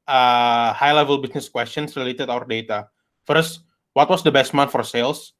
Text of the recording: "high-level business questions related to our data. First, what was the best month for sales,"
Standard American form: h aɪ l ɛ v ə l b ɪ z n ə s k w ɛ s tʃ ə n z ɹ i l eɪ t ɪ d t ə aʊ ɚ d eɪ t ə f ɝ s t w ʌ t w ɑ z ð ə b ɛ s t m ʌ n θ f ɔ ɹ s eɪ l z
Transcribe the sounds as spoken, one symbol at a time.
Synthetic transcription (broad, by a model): h aɪ l ɛ v ə l b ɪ s n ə s k w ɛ s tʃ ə n s ɹ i l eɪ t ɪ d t aʊ ɚ d eɪ t ə f ɝ s t w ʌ t w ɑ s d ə b ɛ s t m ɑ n f ɔ ɹ s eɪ l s